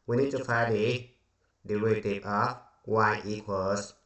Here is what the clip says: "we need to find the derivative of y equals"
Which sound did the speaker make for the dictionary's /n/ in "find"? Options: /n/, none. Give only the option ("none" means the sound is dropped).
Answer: none